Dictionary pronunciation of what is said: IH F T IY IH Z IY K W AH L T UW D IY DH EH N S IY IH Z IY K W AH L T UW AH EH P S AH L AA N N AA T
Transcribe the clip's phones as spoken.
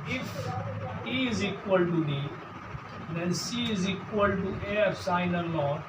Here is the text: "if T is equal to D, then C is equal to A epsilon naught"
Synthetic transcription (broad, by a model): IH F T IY IH Z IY K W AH L T UW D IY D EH N S IY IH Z IY K W AH L T UW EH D S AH IH N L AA